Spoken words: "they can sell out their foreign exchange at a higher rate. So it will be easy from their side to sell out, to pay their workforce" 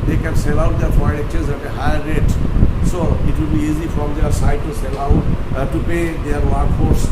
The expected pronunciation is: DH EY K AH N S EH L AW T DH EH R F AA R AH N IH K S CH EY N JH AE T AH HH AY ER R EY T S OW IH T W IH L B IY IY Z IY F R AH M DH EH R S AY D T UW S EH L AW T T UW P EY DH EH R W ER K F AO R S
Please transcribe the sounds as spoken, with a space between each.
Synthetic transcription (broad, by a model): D EY K AH N S EH L AW T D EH R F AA AH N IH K CH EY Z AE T AH HH AY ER R EY T S OW IH T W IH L B IY IY Z IY F R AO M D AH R S AY D T UW S EH L AW T T UW P EY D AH R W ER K F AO R S